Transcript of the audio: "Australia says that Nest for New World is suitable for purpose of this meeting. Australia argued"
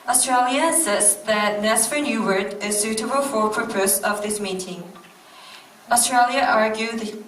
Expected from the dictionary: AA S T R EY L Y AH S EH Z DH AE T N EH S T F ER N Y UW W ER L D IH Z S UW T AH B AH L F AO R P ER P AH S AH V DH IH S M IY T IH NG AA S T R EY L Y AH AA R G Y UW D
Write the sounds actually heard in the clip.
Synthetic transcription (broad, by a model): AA S T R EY L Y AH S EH S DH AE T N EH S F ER N Y UW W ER D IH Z S UW T AH B AH L F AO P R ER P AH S AH V DH IH S M IY T IH NG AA S T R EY L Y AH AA R G Y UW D